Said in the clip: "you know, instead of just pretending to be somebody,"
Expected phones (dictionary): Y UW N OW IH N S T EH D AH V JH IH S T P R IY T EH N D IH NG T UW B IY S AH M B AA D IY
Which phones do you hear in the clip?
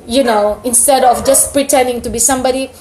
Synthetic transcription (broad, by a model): Y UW N OW IH N S T EH D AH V JH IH S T P R IY T EH N D IH NG T UW B IY S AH M B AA D IY